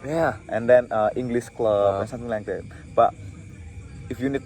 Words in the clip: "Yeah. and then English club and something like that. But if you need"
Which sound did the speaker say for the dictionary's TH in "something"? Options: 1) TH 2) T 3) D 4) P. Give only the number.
2